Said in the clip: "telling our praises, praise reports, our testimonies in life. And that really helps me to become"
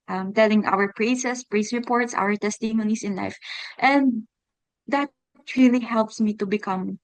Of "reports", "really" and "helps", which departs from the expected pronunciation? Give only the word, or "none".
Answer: none